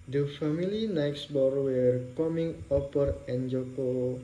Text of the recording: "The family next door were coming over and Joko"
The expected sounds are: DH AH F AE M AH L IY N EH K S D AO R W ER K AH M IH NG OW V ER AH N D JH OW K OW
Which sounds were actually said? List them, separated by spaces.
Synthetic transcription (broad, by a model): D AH F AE M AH L IY N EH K S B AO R W ER K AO M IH NG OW P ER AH N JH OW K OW